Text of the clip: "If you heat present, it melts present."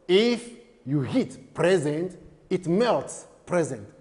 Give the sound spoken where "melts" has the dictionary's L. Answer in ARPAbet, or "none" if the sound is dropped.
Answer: L